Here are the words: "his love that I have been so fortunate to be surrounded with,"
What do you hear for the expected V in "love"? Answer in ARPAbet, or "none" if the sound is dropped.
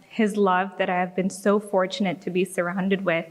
V